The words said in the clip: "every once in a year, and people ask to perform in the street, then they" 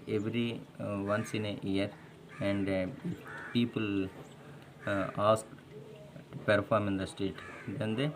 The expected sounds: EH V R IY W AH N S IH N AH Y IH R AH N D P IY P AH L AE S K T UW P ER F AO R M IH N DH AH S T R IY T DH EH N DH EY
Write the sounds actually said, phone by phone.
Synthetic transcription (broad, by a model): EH V R IY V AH N S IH N AH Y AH R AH N D P IY P AH L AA S K T UW P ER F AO R M IH N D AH S T EH T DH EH N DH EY